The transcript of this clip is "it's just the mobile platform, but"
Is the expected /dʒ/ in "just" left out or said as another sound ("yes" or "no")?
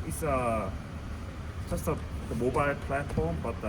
yes